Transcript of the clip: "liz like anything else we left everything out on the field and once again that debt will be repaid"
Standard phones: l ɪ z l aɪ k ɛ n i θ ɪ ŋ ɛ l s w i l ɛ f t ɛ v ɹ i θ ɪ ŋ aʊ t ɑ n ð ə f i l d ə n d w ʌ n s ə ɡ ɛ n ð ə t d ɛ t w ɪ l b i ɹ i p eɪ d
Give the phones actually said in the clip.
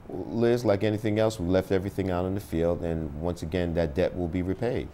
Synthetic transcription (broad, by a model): l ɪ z l aɪ k ɛ n i θ ɪ ŋ ɛ l s w i l ɛ f t ɛ v ɹ i θ ɪ ŋ aʊ t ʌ n ð ə f i l d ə n w ʌ n s ə ɡ ɛ n ð ə t d ɛ t w ɪ l b i ɹ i p eɪ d